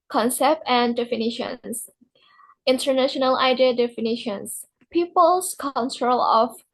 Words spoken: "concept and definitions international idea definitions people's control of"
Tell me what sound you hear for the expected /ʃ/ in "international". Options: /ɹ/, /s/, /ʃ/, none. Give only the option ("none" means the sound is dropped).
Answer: /ʃ/